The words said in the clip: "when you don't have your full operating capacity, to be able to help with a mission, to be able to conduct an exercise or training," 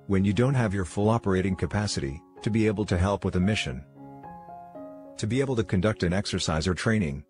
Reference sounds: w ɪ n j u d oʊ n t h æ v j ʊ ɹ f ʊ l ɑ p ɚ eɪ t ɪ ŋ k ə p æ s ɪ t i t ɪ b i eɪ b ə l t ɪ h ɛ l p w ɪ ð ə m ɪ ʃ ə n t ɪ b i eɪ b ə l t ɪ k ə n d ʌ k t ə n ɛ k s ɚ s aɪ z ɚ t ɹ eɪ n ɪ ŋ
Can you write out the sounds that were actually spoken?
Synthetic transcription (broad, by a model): w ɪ n j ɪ d oʊ n t h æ v j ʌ ɹ f ʊ l ɑ p ɚ eɪ t ɪ ŋ k ə p æ s ɪ t i t ɪ b i eɪ b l t ɪ h ɛ l p w ɪ ð ə m ɪ ʃ ə n t ɪ b i eɪ b l t ɪ k ə n d ʌ k t ə n ɛ k s ɚ s aɪ z ɚ t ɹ eɪ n ɪ ŋ